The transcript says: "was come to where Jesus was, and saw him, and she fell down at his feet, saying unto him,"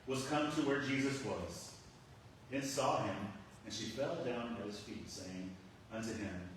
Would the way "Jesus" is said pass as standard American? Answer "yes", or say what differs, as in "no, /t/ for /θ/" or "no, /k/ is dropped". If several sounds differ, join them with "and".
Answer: yes